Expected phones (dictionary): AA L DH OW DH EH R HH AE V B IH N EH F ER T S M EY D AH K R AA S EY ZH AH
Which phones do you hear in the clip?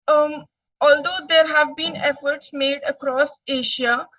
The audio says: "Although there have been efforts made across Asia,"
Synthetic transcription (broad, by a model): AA L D OW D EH R HH AE V B IH N EH F ER T S M EY D AH K R AA S EY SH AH